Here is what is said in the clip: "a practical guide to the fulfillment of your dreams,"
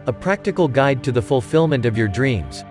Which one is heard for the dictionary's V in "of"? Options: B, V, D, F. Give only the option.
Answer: V